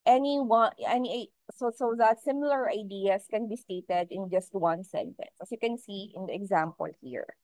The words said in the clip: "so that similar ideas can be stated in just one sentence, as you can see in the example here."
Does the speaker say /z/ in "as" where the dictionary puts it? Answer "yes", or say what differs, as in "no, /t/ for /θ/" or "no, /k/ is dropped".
no, /s/ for /z/